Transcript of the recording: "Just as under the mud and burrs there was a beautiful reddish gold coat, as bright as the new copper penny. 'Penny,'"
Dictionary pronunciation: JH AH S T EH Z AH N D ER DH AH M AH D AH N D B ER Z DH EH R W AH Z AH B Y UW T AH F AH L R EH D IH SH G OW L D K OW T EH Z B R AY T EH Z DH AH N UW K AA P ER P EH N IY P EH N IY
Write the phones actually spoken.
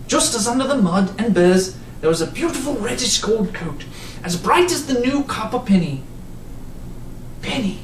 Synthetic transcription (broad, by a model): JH AH S T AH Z AH N D ER DH AH M AH D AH N B ER Z DH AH R W AH Z AH B Y UW T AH F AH L R EH D IH SH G OW L D K OW T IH Z B R AY T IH Z DH AH N UW K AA P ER P EH N IY P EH N IY